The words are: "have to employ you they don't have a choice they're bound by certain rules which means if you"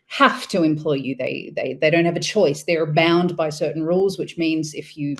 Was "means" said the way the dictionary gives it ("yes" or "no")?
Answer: yes